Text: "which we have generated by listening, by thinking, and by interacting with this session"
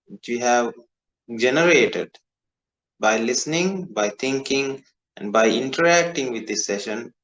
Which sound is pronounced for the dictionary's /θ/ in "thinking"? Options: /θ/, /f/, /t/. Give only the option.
/t/